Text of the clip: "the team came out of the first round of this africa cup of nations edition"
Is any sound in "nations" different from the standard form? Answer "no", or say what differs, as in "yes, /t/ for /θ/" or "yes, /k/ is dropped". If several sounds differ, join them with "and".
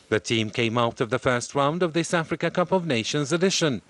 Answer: no